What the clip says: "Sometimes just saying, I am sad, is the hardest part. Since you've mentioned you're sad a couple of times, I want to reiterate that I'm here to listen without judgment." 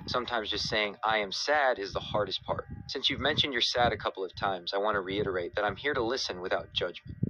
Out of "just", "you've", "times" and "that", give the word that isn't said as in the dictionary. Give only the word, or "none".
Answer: none